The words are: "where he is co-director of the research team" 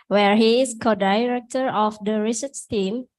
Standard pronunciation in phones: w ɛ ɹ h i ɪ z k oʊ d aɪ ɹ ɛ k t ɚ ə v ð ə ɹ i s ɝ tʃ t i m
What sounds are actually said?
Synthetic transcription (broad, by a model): w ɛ ɹ h i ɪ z k oʊ d aɪ ɹ ɛ k t ɚ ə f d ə ɹ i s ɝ s t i m